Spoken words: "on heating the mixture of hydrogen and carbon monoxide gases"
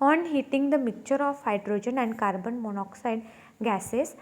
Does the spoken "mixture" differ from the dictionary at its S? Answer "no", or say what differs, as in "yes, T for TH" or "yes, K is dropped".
yes, S is dropped